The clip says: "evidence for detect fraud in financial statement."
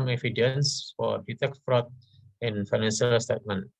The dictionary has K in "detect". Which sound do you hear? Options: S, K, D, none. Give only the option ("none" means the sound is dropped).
K